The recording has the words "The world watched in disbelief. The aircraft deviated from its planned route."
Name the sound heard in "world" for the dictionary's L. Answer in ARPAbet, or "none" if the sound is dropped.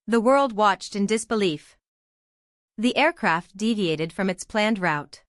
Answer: L